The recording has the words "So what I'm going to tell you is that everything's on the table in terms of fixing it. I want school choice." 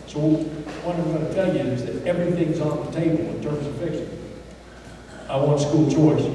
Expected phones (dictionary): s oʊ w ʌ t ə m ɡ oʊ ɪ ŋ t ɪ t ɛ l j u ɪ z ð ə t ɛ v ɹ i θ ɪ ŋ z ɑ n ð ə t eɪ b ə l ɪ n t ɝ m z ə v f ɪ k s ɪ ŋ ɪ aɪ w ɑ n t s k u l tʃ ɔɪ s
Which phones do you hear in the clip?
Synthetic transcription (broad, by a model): s oʊ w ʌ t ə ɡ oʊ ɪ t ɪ t ɛ l j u ɪ z ð ə t ɛ v ɹ i θ ɪ ŋ z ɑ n ð ə t eɪ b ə l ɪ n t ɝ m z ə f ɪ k ʃ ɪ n ɪ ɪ w ɑ n t s k u l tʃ ɔɪ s